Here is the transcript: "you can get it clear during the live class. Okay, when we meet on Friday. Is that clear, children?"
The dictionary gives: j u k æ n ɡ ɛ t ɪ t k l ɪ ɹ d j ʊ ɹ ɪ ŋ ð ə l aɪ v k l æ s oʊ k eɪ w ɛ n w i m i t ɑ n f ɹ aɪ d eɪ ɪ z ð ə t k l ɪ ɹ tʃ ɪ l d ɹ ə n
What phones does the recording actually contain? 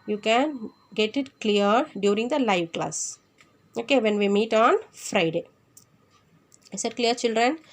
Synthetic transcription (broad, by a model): j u k æ n ɡ ɛ t ɪ t k l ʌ ɹ d j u ɹ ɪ ŋ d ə l aɪ v k l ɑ s oʊ k eɪ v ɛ n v i m i t ɑ n f ɹ aɪ d eɪ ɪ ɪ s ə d k l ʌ ɹ tʃ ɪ l d ɹ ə n